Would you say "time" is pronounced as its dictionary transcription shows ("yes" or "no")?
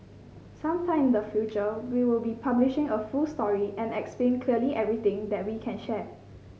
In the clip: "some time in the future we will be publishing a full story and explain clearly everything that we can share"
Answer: no